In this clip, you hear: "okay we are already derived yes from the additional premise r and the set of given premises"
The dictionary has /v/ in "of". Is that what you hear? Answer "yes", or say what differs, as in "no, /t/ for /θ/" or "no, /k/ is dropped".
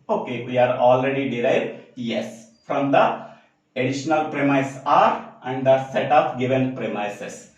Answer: no, /p/ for /v/